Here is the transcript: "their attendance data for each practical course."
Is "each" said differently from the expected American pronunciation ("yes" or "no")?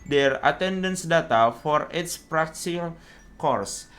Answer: yes